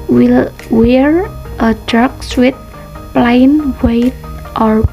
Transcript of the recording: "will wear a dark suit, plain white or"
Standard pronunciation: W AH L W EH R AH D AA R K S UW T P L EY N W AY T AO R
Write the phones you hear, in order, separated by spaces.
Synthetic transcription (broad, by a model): W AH L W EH R AH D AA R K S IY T P L EY N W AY T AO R